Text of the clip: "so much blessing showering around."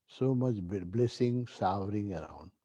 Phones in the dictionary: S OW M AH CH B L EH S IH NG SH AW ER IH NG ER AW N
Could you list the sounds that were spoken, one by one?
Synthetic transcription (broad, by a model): S OW M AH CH B L EH S IH NG S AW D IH NG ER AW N